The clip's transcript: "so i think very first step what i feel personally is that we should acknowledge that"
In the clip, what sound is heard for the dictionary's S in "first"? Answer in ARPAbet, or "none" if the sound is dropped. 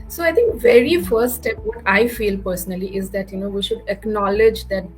none